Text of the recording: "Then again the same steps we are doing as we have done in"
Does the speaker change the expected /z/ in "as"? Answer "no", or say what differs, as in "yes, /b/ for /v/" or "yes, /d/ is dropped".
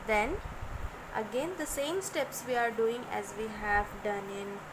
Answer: no